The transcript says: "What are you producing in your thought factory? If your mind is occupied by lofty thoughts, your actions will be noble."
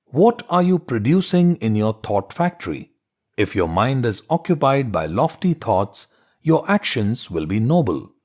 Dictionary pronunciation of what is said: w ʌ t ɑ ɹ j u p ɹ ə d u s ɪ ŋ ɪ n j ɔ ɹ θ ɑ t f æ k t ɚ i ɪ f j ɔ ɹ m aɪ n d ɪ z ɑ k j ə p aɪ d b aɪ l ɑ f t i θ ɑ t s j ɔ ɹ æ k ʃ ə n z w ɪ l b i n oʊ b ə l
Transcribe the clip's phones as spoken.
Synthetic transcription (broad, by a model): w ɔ t ɑ ɹ j u p ɹ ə d u s ɪ ŋ ɪ n j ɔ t ɑ t f æ k t ɚ i ɪ f j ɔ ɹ m aɪ n d ɪ z ɑ k j ə p aɪ d b aɪ l ɑ f t i t ɑ t s j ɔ ɹ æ k ʃ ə n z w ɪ l b i n oʊ b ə l